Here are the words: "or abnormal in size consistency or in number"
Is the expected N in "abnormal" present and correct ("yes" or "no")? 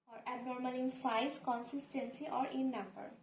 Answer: yes